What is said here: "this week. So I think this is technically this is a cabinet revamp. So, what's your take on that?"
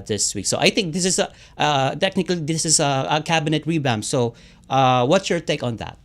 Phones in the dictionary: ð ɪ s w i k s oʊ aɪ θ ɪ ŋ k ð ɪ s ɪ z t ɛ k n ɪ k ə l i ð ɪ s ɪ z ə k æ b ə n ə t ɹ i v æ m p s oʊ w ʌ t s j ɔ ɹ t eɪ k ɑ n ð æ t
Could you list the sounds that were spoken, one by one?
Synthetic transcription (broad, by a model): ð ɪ s w i k s oʊ aɪ θ ɪ ŋ k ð ɪ s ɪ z t ɛ k n ɪ k ə l i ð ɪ s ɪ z ə k æ b ə n ə t ɹ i b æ m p s oʊ w ʌ t s j ɔ ɹ t eɪ k ɑ n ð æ t